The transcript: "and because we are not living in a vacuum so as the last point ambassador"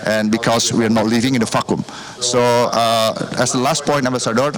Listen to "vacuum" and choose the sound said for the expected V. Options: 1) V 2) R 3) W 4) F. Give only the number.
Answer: 4